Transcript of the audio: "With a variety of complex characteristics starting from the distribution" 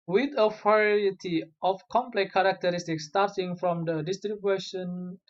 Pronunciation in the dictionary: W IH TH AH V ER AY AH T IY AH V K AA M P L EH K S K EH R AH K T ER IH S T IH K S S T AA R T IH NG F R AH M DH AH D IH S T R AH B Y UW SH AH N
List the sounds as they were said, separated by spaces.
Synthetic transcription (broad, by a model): W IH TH AH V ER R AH T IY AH F K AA M P L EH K K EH R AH K T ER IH S T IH K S S T AA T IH NG F R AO M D AH D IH S T R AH B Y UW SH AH N